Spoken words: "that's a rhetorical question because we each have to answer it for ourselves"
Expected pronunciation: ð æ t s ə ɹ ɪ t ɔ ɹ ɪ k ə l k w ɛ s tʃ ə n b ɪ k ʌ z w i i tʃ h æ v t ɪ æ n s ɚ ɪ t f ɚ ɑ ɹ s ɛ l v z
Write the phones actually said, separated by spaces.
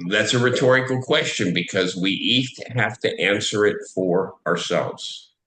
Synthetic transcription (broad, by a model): ð æ t s ə ɹ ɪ t ɔ ɹ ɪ k l k w ɛ s tʃ ə n b ɪ k ʌ z w i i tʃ h æ f t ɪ æ n s ɚ ɪ t f ɚ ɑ ɹ s ɛ l v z